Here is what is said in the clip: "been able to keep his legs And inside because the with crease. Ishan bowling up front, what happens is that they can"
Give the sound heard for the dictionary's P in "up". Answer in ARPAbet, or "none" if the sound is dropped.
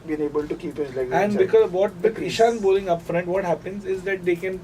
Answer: P